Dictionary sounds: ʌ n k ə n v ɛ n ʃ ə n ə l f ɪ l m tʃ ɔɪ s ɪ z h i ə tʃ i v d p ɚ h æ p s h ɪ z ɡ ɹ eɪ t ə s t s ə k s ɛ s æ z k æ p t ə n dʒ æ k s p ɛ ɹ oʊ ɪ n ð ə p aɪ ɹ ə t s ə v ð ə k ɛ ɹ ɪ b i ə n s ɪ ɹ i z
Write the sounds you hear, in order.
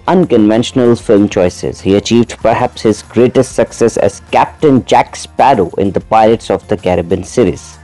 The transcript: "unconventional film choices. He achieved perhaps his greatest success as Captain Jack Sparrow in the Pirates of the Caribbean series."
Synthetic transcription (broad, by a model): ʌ n k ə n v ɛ n ʃ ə n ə l f ɪ l m tʃ ɔɪ s ɪ z h i ə tʃ i v d p ɚ h æ p s h ɪ z ɡ ɹ eɪ t ə s t s ə k s ɛ s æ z k æ p t ə n dʒ æ k s p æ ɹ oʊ ɪ n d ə p aɪ l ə t s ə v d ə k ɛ ɹ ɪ b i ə n s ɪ ɹ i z